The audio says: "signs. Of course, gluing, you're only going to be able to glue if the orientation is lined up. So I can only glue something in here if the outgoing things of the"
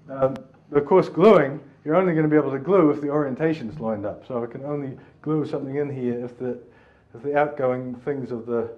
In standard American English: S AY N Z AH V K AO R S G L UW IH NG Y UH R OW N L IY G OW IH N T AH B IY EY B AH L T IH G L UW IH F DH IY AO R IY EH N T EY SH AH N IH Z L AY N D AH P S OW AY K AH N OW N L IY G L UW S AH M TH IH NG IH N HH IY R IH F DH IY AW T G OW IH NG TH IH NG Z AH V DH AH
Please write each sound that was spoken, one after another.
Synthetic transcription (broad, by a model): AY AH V K AO R S G L UW IH NG Y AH R OW N L IY G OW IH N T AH B IY EY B L T IH G L UW IH F DH IY AO R IY EH N T EY SH AH N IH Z L AY N D AH P S OW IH K AH N OW N L IY G L UW S AH M TH IH NG IH N HH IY R IH F DH IY AW T G OW IH NG TH IH NG Z AH V DH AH